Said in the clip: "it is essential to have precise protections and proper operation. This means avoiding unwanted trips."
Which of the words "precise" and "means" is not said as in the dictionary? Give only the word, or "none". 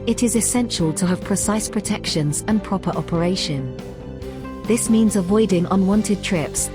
none